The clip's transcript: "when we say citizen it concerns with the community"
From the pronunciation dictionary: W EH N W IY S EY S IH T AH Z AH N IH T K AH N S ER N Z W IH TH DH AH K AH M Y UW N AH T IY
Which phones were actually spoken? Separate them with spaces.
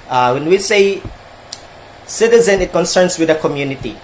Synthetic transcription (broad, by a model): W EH N W IY S EY S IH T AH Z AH N IH T K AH N S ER N S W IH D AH K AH M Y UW N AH T IY